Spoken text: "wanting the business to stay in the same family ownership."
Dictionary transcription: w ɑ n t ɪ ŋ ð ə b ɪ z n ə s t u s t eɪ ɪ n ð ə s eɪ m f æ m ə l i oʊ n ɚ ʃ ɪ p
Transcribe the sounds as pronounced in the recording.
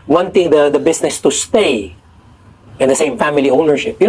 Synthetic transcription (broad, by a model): w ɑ n t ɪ ŋ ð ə b ɪ s n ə s t u s t eɪ ɪ n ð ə s eɪ m f æ m ə l i oʊ n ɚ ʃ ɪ p